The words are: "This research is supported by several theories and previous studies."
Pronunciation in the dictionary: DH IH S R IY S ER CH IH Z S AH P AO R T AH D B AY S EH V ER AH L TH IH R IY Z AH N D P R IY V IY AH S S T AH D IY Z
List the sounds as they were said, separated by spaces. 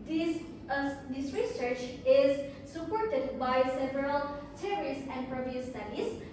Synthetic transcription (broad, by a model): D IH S R IY S ER CH IH Z S AH P AO R T AH D B AY S EH V ER AH L S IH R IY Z AH N D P R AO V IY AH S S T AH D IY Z